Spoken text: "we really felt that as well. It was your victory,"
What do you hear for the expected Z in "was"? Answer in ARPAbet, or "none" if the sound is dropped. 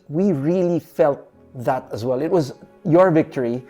Z